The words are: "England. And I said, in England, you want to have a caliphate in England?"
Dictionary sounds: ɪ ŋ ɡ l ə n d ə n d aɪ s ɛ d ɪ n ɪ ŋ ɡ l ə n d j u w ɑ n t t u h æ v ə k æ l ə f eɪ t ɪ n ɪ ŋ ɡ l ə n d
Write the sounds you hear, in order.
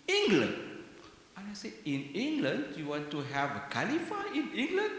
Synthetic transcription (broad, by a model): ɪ ŋ ɡ l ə n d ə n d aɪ s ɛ ɪ n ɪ ŋ ɡ l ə n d j u w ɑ n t t u h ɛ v ə k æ l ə f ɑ ɪ n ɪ ŋ ɡ l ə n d